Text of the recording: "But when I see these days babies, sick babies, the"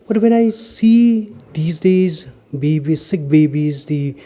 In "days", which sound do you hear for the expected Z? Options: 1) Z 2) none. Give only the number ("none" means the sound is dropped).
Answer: 1